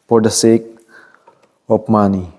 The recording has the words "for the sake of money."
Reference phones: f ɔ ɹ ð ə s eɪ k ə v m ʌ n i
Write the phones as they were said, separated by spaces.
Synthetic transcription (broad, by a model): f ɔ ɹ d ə s eɪ k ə p m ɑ n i